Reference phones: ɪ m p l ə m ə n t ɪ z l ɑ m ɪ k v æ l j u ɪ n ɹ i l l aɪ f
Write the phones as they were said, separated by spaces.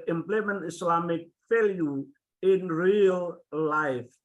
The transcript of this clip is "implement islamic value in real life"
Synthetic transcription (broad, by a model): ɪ m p l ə m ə n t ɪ s l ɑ m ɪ k f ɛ l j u ɪ n ɹ i l l aɪ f